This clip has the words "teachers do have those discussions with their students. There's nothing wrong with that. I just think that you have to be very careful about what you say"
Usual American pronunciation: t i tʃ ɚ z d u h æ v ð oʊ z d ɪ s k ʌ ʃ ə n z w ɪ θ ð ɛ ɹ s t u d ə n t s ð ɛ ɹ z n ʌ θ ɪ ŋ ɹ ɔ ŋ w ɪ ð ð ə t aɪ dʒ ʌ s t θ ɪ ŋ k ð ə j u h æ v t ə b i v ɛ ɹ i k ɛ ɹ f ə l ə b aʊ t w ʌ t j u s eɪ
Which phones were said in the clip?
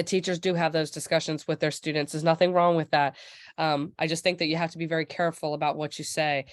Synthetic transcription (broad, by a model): t i tʃ ɚ z d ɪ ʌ v ð oʊ z d ɪ s k ʌ ʃ ə n z w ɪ ð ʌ ɹ s t u d n t s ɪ z n ʌ θ ɪ ŋ ɹ ɔ ŋ w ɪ ð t ə t aɪ dʒ ʌ s t θ ɪ ŋ k ð ə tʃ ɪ h æ f t ə b i v ɛ ɹ i k ɛ ɹ f l ə b aʊ t w ʌ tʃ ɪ s eɪ